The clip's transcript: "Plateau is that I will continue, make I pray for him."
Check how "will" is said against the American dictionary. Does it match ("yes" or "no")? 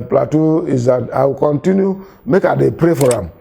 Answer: no